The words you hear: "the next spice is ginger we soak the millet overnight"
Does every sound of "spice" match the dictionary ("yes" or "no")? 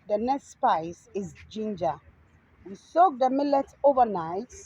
yes